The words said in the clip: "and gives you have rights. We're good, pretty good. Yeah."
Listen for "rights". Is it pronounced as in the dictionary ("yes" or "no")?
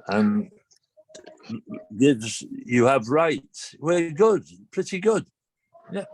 no